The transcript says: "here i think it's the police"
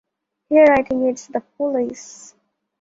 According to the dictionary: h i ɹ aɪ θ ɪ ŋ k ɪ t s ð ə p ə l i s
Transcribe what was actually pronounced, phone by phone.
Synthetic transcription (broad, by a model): h i ɹ aɪ t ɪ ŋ ɪ t s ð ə p ə l i s